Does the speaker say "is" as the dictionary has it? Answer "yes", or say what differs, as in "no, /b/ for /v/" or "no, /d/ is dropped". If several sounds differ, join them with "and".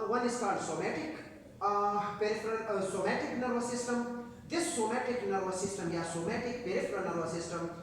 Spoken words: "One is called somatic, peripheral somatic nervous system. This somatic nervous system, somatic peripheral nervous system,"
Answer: no, /s/ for /z/